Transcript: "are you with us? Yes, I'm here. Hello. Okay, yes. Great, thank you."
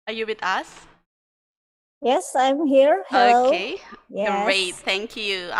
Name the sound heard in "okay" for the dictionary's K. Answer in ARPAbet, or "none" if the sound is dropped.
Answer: none